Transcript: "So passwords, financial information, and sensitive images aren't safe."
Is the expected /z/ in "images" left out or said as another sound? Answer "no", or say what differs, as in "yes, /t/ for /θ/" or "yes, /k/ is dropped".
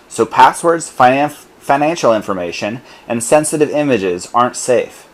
no